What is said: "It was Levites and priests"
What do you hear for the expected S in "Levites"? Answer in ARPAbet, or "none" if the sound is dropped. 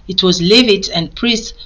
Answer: none